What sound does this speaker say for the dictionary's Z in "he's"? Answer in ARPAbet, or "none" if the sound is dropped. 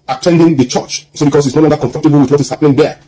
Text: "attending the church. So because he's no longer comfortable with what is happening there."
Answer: S